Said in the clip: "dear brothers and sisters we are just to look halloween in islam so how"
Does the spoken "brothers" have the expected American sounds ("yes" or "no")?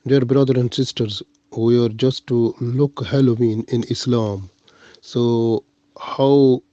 no